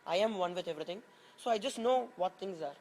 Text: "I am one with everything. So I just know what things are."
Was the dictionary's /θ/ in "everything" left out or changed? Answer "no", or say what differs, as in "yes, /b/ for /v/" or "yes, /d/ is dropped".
yes, /t/ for /θ/